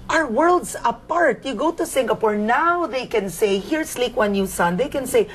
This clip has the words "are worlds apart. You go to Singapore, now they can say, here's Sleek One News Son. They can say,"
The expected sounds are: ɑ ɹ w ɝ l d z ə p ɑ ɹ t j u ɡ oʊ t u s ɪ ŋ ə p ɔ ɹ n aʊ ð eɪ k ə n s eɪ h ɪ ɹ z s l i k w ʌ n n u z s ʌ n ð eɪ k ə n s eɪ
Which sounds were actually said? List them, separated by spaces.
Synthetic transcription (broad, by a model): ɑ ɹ w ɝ l d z ə p ɑ ɹ t j u ɡ oʊ t u s ɪ ŋ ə p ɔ ɹ n aʊ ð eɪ k ə n s eɪ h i ɹ s l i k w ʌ n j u s ʌ n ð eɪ k ə n s eɪ